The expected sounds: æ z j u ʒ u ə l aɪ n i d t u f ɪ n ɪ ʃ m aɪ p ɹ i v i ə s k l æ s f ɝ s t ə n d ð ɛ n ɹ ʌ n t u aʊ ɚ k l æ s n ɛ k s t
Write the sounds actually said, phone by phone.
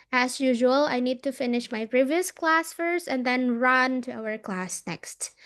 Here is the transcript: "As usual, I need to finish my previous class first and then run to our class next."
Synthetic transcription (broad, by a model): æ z j u ʒ u ə l aɪ n i d t u f ɪ n ɪ ʃ m aɪ p ɹ i v i ə s k l æ s f ɝ s t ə n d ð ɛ n ɹ ʌ n t u aʊ ɚ k l æ s n ɛ k s t